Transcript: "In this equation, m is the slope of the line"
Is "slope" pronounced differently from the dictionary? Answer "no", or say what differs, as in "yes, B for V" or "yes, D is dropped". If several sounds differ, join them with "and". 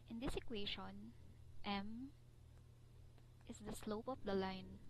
no